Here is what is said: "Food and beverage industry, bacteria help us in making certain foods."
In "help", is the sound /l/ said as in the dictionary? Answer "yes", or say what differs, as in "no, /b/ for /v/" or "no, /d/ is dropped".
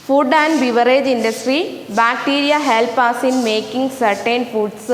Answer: yes